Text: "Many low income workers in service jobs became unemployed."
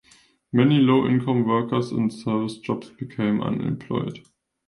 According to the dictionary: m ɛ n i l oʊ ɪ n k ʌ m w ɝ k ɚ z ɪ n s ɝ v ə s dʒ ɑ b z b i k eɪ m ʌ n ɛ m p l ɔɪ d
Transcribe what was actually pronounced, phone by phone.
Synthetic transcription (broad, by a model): m ɛ n i l oʊ ɪ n k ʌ m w ɝ k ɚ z ɪ n s ɝ v ə s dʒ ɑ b s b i k eɪ m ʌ n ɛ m p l ɔɪ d